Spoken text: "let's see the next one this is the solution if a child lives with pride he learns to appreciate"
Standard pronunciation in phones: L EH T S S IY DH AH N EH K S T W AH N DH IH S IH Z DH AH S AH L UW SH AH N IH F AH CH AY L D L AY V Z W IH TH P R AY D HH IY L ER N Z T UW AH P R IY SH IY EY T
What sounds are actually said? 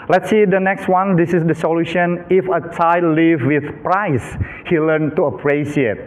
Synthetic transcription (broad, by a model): L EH T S S IY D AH N EH K S T W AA N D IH S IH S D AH S AH L UW SH AH N IH F AH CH AY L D L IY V W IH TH P R AY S HH IY L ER N T UW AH P R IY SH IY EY T